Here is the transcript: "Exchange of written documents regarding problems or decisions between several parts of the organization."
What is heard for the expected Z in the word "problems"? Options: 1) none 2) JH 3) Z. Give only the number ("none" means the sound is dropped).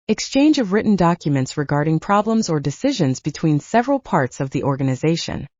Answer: 3